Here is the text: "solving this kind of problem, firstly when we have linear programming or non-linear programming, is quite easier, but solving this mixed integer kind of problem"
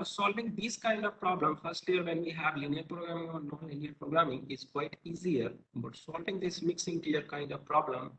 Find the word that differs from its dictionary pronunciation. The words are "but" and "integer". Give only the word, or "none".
integer